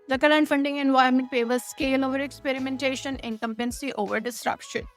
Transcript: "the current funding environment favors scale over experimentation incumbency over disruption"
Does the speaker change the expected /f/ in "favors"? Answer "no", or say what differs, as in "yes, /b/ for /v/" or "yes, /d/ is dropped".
yes, /p/ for /f/